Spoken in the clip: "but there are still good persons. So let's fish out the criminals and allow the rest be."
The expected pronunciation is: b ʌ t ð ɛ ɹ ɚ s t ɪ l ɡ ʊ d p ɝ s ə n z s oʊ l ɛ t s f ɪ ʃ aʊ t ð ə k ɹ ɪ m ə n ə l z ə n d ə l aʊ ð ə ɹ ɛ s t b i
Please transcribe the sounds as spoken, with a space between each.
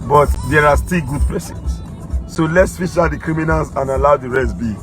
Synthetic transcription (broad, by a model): b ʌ t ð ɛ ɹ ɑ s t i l ɡ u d p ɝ s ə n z s oʊ l ɛ t s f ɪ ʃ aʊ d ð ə k ɹ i m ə n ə l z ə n ə l aʊ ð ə ɹ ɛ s b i